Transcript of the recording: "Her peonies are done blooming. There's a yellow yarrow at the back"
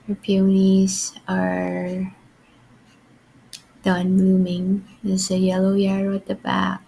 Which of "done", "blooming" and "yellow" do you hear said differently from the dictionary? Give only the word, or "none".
blooming